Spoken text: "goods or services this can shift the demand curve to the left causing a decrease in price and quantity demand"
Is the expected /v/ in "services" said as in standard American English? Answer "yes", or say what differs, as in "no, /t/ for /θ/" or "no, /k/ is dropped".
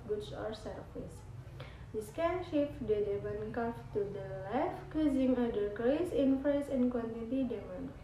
no, /f/ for /v/